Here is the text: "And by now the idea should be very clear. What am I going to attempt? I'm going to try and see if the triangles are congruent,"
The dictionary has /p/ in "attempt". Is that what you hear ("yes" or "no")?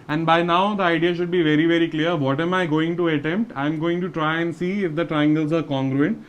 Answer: yes